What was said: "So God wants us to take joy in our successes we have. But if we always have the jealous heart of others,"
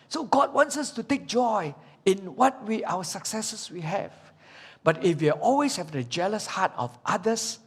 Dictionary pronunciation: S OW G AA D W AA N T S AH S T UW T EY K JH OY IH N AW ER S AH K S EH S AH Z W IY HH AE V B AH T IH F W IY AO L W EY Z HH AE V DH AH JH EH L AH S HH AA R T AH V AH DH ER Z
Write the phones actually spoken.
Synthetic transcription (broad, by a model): S OW G AA D W AA N T S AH S T UW T EY K JH OY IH N AW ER S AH K S EH S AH S W IY HH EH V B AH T IH F W IY AO L W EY S HH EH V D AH JH EH L AH S HH AA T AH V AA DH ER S